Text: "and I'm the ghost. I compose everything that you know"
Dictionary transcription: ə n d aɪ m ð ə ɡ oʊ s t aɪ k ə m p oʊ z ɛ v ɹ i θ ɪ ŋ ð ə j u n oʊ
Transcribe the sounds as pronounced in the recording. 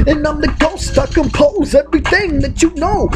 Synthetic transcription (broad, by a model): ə n aɪ m ð ə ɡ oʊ s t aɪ k ə m p oʊ z ɛ v ɹ i θ ɪ ŋ ð ə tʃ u n oʊ